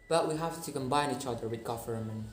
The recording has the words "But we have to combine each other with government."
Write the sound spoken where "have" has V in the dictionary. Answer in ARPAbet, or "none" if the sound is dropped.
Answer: F